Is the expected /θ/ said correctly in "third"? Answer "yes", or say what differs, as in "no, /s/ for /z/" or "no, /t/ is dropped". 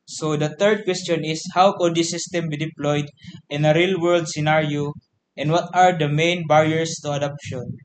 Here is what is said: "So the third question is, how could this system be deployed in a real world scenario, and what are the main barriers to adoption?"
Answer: no, /t/ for /θ/